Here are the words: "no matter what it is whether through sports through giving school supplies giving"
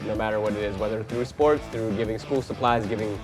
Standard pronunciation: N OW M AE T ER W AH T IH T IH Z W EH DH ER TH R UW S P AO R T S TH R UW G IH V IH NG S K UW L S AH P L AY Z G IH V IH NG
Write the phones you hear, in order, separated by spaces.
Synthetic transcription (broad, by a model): N OW M AE T ER W AH T IH T IH Z W EH DH ER TH R UW S P AO R T S TH R UW G IH V IH NG S K UW L S AH P L AY Z G IH V IH NG